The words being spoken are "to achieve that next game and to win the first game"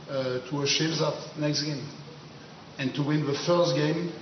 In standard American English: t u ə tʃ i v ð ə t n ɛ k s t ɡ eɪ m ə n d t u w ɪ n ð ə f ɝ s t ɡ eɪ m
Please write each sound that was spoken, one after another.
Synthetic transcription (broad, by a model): t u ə ʃ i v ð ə t n ɛ k s t ɡ eɪ m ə n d t u w ɪ n ð ə f ɝ s t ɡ eɪ m